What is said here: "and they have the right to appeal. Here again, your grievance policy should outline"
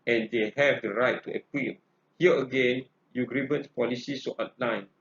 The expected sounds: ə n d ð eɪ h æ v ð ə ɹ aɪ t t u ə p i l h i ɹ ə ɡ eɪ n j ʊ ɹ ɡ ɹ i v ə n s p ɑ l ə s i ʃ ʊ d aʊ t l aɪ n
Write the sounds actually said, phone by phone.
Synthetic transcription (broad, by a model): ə n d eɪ h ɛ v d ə ɹ aɪ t t u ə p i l h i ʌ ə ɡ eɪ n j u ɡ ɹ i b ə n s p ɑ l ə s i s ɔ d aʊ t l aɪ n